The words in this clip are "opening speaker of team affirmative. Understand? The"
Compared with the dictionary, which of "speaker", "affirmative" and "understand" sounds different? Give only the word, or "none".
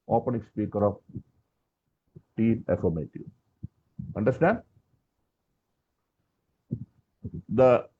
affirmative